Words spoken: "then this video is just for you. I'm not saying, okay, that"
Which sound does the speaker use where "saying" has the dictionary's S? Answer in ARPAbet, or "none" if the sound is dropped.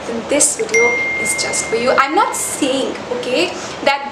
S